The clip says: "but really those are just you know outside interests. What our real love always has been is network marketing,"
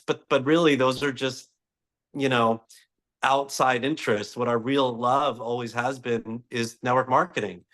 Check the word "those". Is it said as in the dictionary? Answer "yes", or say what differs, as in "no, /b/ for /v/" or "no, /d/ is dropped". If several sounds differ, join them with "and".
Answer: yes